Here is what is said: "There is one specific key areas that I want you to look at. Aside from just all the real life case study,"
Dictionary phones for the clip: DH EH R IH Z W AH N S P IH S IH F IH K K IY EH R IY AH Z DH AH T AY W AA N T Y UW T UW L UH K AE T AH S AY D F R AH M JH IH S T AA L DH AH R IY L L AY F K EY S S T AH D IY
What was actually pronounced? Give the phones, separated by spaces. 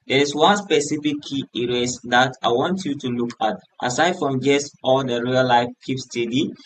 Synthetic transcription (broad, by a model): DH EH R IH S W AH N S P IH S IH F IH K K IY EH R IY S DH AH T AY W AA N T Y UW T UW L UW K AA T AH S AY D F R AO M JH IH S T AA L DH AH R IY L L AY F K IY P S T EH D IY